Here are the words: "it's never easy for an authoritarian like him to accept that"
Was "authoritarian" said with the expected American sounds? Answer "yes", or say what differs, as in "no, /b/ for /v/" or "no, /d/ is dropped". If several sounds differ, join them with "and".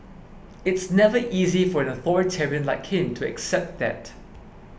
yes